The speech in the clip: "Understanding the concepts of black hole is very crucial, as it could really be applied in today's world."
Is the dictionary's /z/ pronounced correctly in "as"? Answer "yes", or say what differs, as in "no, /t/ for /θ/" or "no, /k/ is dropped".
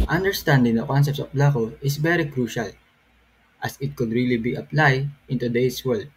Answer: no, /s/ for /z/